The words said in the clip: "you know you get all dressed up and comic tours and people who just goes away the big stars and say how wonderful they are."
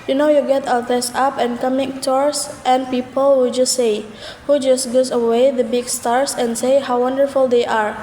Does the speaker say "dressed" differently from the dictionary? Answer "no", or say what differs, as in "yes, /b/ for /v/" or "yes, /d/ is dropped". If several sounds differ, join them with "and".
yes, /ɹ/ is dropped and /t/ is dropped